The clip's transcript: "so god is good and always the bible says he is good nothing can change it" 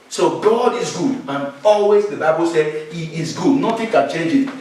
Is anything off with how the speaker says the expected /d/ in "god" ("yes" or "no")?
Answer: no